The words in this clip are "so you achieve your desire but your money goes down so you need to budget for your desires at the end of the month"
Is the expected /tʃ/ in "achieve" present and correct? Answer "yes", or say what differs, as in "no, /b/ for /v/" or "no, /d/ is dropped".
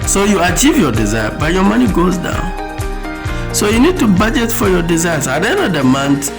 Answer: yes